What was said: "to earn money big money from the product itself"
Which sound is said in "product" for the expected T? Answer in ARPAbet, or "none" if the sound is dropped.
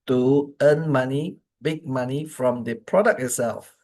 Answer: none